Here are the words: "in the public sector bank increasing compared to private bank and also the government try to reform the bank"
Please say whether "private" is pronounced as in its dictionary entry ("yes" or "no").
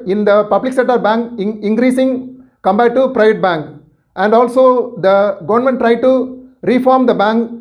yes